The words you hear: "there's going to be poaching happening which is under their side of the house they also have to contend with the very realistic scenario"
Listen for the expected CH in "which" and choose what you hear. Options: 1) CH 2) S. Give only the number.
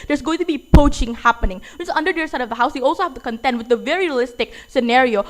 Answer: 2